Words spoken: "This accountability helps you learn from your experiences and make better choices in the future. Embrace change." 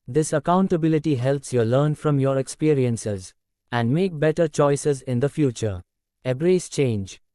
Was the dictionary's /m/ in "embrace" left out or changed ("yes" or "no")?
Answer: yes